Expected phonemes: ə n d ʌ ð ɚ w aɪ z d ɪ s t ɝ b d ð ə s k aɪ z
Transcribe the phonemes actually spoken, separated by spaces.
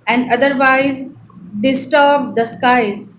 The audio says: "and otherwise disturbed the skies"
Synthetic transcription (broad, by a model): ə n d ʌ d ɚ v aɪ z d ɪ s t ɝ b d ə s k aɪ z